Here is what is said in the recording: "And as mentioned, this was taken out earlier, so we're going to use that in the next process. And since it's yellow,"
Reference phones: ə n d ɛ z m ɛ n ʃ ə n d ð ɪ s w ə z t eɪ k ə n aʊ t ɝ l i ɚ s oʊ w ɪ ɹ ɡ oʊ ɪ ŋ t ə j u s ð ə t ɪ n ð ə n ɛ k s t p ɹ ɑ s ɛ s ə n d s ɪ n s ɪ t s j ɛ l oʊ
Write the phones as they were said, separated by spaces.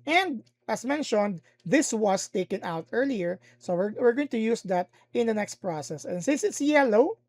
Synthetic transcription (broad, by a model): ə n d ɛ s m ɛ n ʃ ə n d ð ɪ s w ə s t eɪ k ə n aʊ t ɝ l i ɚ s oʊ w ɪ ɹ ɡ oʊ ɪ ŋ t ə j u s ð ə t ɪ n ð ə n ɛ k s t p ɹ ɑ s ɛ s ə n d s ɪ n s ɪ t s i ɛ l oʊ